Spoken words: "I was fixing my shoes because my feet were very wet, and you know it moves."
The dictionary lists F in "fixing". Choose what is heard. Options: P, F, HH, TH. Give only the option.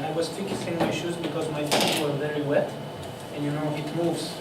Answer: F